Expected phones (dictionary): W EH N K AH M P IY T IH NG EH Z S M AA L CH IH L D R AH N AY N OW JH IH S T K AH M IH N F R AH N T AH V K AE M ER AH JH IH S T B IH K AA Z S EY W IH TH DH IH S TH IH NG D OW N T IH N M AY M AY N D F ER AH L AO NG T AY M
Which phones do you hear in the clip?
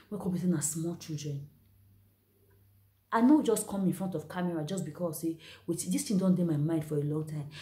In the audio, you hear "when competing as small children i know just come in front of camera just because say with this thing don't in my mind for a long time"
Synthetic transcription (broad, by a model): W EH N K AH P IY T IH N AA S M AA L CH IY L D R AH N AY N OW JH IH S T K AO M IH N F R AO N T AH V K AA M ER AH JH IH S B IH K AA S EY W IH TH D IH S T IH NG D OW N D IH M AY M AY N D F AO AH L AO NG T AY M